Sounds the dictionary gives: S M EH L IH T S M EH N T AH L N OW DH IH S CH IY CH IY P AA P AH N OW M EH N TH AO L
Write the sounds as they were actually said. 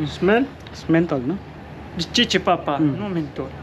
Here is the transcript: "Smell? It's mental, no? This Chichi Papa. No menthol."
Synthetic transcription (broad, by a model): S M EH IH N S M EH N T AH L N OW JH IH CH IY CH IY P AA P AH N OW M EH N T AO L